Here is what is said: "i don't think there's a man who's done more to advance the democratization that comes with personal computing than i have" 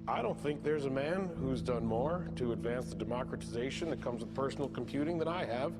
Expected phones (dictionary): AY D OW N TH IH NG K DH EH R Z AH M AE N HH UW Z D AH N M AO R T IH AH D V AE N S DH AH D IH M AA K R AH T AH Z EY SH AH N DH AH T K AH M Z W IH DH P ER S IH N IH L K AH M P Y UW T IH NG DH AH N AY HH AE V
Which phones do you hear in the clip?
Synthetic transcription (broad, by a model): AY D OW N TH IH NG K DH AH R Z AH M AE N HH UW Z D AH N M AO R T IH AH D V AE N S DH AH D IH M AA K R AH T AH Z EY SH AH N DH AH T K AH M Z W IH DH P ER S N L K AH M P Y UW T IH NG DH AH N AY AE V